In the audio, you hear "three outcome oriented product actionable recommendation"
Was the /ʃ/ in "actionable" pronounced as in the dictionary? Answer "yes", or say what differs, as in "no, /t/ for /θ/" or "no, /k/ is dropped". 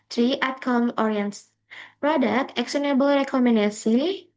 no, /s/ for /ʃ/